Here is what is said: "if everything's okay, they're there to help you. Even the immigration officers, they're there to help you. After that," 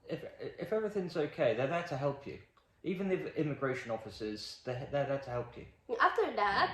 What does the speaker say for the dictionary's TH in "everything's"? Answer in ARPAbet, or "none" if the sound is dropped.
TH